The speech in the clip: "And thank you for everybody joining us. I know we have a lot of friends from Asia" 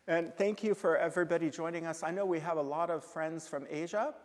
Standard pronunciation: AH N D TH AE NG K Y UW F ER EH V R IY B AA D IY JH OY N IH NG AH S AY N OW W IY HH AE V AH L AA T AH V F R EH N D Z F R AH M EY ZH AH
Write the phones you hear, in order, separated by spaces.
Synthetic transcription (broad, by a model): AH N TH AE NG K Y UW F ER EH V R IY B AA D IY JH OY N IH NG AH S AY N OW W IY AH V AH L AA T AH V F R EH N D Z F R AH M EY ZH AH